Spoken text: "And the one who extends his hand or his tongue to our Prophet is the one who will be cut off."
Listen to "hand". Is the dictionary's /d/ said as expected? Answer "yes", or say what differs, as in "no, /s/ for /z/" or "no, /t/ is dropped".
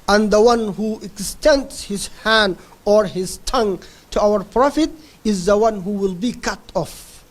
yes